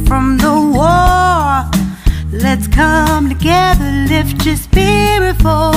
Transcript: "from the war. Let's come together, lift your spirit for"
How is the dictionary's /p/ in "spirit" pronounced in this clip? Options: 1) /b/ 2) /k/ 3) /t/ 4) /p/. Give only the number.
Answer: 1